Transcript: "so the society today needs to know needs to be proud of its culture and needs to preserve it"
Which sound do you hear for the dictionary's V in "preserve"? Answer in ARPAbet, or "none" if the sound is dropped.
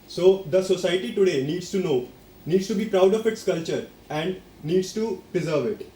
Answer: V